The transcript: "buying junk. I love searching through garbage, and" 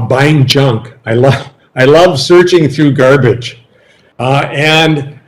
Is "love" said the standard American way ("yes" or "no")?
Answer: yes